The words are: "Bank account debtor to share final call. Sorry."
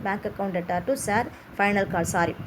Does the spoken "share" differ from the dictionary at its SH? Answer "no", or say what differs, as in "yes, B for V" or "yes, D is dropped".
yes, S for SH